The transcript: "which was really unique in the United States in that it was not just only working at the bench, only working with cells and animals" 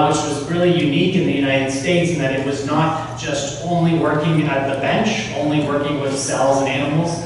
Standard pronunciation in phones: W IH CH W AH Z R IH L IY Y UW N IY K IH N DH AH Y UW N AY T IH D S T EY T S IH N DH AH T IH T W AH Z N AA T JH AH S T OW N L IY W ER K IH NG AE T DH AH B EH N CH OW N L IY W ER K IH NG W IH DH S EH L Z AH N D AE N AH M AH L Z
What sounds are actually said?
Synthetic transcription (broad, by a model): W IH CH W AH Z R IH L IY Y UW N IY K IH N DH AH Y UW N AY T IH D S T EY T S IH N DH AH T IH T W AH Z N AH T ZH AH S T OW N L IY W ER K IH NG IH T DH AH B EH N CH OW N L IY W ER K IH NG W IH DH S EH L Z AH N AE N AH M L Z